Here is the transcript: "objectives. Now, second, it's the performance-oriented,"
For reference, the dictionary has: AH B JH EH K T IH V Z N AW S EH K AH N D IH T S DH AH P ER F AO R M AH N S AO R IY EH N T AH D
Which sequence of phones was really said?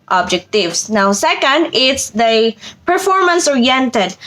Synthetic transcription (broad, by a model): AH B JH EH K T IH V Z N AW S EH K AH N D IH T S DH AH P ER F AO R M AH N S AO R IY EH N T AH D